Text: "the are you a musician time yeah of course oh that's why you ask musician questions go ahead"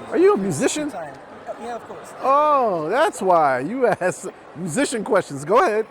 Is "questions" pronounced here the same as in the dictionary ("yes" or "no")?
yes